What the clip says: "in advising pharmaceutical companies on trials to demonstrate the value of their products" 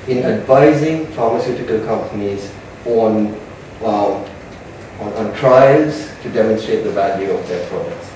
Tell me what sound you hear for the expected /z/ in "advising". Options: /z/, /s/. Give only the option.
/z/